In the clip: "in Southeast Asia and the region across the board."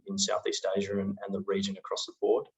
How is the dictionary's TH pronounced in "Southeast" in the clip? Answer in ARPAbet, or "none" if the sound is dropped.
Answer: TH